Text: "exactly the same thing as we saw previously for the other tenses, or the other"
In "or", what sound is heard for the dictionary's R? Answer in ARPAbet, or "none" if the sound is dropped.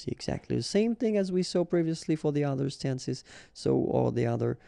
L